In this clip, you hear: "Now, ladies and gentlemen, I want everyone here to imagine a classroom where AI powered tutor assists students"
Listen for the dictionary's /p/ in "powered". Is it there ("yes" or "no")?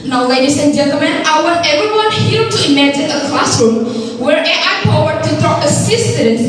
no